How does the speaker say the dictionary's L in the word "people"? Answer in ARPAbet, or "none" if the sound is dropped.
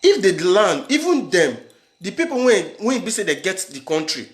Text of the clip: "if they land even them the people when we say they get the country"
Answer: W